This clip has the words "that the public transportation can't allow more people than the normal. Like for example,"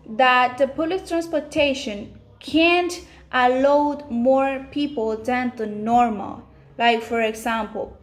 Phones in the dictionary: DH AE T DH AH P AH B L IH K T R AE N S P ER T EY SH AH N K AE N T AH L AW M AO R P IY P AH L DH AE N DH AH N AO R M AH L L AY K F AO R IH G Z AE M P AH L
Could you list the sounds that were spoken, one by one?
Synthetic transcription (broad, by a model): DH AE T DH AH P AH L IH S T R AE N S P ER T EY SH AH N K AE N T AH L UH M AO R P IY P AH L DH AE N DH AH N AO R M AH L L AY K F AO R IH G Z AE M P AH L